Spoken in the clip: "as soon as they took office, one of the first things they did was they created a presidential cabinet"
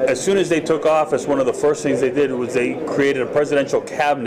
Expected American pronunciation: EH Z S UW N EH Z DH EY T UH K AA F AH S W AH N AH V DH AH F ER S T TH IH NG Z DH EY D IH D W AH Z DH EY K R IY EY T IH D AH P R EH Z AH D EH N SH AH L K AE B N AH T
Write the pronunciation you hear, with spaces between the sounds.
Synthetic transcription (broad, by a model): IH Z S UW N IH Z DH EY T UH K AA F AH S W AH N AH V DH AH F ER S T TH IH NG Z DH EY D IH D W AH Z DH EY K R IY EY T IH D AH P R EH Z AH D EH N SH L K AE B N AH